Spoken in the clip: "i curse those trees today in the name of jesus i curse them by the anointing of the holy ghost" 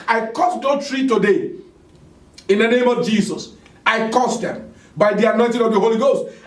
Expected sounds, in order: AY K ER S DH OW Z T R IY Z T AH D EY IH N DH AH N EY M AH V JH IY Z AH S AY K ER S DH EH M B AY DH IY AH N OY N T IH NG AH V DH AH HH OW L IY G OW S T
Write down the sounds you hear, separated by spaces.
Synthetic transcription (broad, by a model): AY K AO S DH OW T R IY T AH D EY IH N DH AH N EY M AH V JH IY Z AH S AY K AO S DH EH M B AY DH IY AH N OY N T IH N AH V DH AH HH OW L IY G OW S T